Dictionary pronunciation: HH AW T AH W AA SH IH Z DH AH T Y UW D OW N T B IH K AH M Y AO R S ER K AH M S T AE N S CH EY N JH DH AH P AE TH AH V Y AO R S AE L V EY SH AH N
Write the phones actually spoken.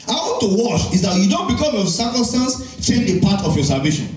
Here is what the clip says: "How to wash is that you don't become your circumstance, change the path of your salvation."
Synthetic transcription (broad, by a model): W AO T AH W AA SH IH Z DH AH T Y UW D OW N T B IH K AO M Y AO S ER K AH M S T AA N S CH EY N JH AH P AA T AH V Y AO S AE L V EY SH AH N